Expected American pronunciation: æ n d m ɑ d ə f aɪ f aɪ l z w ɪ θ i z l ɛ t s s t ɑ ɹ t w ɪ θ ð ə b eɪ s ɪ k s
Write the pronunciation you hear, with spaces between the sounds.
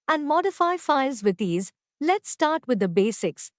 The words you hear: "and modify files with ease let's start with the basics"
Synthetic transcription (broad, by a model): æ n d m ɑ d ə f aɪ f aɪ l z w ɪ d i z l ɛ t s s t ɑ ɹ t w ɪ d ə b eɪ s ɪ k s